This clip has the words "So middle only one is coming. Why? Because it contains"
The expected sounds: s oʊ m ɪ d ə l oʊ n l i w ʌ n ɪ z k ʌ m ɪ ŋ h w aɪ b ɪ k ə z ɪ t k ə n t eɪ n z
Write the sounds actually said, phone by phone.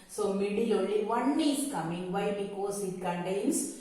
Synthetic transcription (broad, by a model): s oʊ m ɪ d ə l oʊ l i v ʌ n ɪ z k ʌ m ɪ ŋ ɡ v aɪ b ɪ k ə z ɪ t k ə n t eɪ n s